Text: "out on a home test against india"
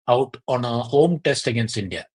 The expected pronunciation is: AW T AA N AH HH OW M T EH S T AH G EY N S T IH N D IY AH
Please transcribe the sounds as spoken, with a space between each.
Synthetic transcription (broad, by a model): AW T AA N AH HH OW M T EH S T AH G EY N S IH N D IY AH